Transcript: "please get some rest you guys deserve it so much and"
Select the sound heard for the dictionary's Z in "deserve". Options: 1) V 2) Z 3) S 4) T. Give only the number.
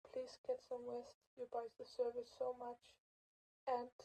3